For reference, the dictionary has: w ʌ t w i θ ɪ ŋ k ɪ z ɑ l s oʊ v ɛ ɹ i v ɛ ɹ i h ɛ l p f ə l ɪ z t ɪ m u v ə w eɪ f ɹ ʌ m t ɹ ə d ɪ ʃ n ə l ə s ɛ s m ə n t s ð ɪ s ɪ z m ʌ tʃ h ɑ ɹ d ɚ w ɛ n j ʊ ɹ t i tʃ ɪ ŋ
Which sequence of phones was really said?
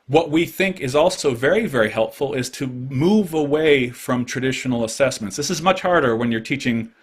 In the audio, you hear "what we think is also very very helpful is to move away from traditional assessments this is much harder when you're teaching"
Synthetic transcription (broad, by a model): w ʌ t w i θ ɪ ŋ k ɪ z ɑ l s oʊ v ɛ ɹ i v ɛ ɹ i h ɛ l p f l ɪ z t ɪ m u v ə w eɪ f ɹ ʌ m t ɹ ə d ɪ ʃ n l ə s ɛ s m ə n t s ð ɪ s ɪ z m ʌ tʃ h ɑ ɹ d ɚ w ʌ n j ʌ ɹ t i tʃ ɪ ŋ